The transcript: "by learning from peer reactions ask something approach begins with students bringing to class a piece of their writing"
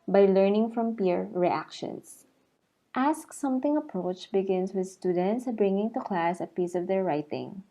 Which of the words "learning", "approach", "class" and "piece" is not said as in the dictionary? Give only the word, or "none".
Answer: none